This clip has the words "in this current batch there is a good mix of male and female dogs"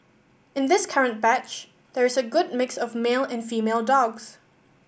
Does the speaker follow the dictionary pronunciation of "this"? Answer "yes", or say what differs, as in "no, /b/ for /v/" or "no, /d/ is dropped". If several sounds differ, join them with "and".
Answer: yes